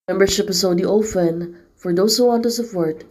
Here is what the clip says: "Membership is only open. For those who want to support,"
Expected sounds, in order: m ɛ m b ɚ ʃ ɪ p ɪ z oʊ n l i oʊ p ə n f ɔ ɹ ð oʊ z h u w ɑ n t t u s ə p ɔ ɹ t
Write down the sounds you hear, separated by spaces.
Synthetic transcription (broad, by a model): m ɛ m b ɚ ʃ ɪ p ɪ s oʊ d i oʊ f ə n f ɔ ɹ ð oʊ s h u w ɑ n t t u s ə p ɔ ɹ t